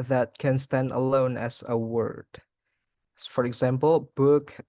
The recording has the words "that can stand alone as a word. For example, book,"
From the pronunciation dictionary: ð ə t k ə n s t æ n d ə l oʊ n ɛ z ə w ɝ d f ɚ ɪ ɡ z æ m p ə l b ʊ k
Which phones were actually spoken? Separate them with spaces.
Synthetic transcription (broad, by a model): ð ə t k ə n s t æ n d ə l oʊ n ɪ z ə w ɝ d f ɚ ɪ ɡ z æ m p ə l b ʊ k